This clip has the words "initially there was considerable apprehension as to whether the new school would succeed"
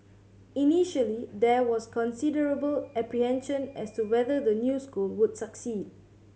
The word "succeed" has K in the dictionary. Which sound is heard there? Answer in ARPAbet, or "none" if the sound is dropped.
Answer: K